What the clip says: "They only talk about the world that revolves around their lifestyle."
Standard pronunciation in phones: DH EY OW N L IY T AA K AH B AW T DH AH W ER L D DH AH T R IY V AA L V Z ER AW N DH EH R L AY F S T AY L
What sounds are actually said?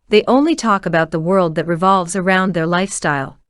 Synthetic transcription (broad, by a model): DH EY OW N L IY T AA K AH B AW T DH AH W ER L D DH AH T R IY V AA L V Z ER AW N DH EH R L AY F S T AY L